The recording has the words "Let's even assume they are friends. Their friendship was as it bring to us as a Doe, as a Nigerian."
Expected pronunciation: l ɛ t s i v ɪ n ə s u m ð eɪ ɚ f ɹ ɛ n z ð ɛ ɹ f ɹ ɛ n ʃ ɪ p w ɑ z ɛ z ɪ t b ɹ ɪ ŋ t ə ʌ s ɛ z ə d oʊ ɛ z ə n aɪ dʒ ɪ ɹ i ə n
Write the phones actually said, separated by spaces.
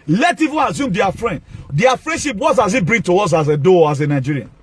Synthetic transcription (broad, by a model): l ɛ t i v ɪ n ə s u m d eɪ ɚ f ɹ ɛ n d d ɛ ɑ f ɹ ɛ n ʃ ɪ p w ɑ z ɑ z ɪ t b ɹ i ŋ t ə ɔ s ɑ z ə d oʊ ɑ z ə n aɪ dʒ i ɹ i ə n